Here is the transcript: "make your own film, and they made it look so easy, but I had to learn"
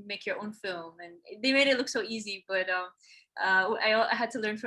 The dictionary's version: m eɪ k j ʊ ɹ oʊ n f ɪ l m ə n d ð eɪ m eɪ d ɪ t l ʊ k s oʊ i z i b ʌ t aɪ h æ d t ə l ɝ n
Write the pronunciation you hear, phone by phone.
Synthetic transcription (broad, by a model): m eɪ k j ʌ ɹ oʊ n f ɪ l m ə n ð eɪ m eɪ d ɪ t l ʊ k s oʊ i z i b ʌ t aɪ h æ d t ə l ɝ n